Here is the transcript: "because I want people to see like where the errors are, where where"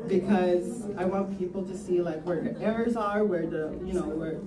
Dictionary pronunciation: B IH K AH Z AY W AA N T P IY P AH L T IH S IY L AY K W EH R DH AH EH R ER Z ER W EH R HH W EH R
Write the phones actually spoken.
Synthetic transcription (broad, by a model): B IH K AH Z AY W AA N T P IY P L T IH S IY L AY K W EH R DH AH EH R ER Z ER W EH R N W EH R